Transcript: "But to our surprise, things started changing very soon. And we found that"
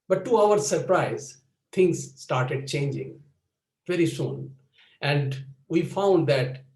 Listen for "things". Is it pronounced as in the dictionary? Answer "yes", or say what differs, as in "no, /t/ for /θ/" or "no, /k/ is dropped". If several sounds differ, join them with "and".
no, /t/ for /θ/